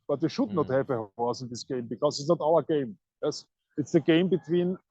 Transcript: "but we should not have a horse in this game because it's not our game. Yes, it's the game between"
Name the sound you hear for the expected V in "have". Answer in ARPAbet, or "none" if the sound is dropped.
F